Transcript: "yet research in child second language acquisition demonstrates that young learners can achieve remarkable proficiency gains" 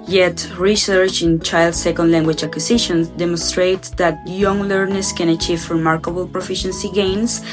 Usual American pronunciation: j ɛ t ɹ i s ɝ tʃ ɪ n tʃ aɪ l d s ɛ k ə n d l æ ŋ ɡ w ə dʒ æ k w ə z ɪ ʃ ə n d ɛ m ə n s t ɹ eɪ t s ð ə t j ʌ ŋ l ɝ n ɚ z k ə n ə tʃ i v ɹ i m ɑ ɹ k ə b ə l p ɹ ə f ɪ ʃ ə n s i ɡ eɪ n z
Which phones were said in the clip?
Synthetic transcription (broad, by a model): j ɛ t ɹ i s ɝ tʃ ɪ n tʃ aɪ l d s ɛ k ə n d l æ ŋ ɡ w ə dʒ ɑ k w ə s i ʃ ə n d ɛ m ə n s t ɹ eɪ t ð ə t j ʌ ŋ l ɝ n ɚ s k ə n ə tʃ i v ɹ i m ɑ ɹ k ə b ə l p ɹ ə f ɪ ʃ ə n s i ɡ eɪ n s